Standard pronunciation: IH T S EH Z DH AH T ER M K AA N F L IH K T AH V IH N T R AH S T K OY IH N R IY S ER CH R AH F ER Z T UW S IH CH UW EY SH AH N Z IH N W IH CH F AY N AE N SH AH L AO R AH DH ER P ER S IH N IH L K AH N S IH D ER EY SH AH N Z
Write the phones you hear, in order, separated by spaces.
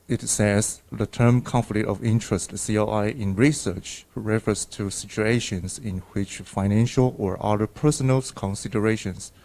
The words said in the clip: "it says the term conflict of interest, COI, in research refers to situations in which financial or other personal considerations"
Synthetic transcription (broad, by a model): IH T S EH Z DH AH T ER M K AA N F L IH K T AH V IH N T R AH S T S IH IH N R IY S ER CH R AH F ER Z T UW S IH CH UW EY SH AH N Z IH N W IH CH F AY N AE N SH AH L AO R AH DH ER P ER S IH N IH L K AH N S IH D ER EY SH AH N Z